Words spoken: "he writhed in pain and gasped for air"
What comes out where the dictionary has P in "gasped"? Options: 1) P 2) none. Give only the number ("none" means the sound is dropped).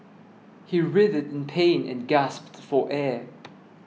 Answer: 1